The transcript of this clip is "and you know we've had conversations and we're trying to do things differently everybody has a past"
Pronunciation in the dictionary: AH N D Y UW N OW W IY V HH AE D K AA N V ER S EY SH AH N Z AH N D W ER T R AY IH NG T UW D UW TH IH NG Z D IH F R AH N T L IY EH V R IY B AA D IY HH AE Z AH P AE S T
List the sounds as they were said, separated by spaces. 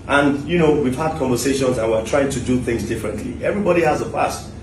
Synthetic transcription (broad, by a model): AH N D Y UW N OW W IY V HH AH D K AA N V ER S EY SH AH N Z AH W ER T R AY IH NG T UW D UW TH IH NG Z D IH F R AH N T L IY EH V R IY B AA D IY HH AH Z AH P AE S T